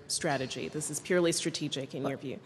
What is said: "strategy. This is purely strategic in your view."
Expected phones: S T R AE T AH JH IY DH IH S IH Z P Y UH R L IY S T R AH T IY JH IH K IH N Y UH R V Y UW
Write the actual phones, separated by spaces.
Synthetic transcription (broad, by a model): S T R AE T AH JH IY DH IH S IH Z P Y UH R L IY S T R AH T IY JH IH K IH N Y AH R V Y UW